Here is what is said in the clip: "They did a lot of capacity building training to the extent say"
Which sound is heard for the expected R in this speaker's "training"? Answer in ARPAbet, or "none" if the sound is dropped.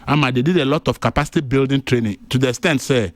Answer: R